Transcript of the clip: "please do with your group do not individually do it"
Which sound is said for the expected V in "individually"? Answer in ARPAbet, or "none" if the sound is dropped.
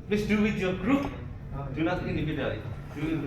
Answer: B